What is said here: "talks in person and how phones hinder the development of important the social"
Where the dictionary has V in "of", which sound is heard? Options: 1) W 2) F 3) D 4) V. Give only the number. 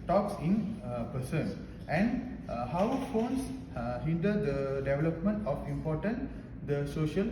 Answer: 2